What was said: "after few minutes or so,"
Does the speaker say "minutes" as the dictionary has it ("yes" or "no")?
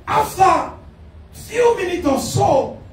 no